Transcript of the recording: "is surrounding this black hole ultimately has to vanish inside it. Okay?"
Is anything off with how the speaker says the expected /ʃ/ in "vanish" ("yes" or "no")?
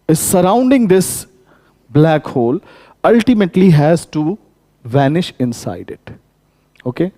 no